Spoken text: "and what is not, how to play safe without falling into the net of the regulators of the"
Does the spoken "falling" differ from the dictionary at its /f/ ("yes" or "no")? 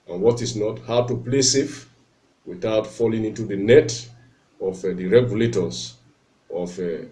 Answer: no